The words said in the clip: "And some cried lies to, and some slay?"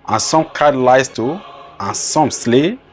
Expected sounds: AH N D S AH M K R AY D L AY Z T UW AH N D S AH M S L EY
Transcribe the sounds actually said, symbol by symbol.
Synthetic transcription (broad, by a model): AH N S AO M K AY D L AY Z T UW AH N S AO M S L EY